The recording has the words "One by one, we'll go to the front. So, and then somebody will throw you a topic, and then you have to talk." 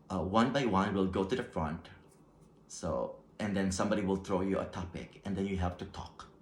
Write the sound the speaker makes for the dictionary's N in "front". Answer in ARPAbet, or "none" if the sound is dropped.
N